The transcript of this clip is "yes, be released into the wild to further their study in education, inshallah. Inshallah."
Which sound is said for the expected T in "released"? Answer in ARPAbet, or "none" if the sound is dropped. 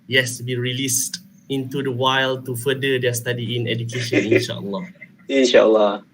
T